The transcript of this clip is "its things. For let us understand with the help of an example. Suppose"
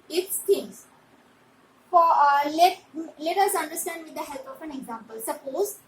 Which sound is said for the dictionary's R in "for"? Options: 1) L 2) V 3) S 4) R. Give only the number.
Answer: 1